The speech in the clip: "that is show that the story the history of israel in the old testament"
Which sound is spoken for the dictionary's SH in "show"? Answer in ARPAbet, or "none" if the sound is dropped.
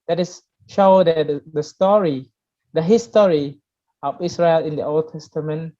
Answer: SH